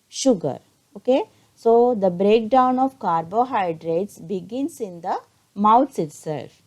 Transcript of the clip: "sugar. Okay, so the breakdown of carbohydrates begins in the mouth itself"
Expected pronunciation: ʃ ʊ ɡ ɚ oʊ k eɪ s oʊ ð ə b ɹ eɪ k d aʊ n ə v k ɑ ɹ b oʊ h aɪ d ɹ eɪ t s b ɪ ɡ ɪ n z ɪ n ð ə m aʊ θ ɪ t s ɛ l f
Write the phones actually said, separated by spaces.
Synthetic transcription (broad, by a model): ʃ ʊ ɡ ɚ oʊ k eɪ s oʊ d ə b ɹ eɪ k d aʊ n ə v k ɑ ɹ b oʊ h aɪ d ɹ eɪ t s b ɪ ɡ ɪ n s ɪ n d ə m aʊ s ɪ t s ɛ l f